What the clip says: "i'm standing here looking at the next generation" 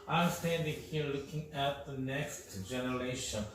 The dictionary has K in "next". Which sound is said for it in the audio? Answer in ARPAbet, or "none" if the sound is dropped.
K